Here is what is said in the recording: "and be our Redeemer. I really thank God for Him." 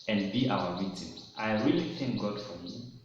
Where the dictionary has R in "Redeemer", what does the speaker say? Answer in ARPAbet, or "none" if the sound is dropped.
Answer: W